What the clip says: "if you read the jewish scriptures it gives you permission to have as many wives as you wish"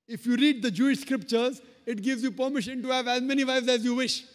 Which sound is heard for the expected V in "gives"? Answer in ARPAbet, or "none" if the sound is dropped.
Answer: V